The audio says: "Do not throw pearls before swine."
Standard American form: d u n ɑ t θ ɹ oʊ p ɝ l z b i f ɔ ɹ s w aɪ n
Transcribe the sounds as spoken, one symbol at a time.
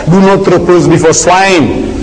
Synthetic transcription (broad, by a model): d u n ɑ t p ɹ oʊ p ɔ z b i f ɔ s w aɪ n